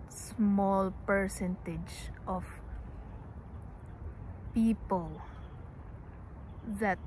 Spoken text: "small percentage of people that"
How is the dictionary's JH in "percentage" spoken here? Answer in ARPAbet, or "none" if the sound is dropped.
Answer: JH